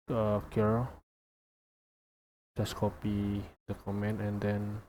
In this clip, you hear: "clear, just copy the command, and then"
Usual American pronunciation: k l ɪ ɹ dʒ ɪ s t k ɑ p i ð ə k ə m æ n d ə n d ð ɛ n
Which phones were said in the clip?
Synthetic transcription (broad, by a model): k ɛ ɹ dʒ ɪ s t k ɑ p i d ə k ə m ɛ n ə n d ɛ n